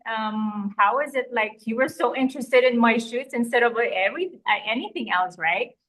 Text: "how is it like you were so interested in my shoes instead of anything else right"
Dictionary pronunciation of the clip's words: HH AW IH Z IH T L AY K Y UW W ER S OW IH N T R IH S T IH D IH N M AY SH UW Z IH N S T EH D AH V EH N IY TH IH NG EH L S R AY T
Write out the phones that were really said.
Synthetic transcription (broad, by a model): HH AW IH Z IH T L AY K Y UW W ER S OW IH N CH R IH S T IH D IH N M AY SH UW S IH N S T EH D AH V EH N IY TH IH NG EH L S R AY T